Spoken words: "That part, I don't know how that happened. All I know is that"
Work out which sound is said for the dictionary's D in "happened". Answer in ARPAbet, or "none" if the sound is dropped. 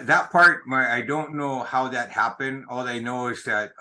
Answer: D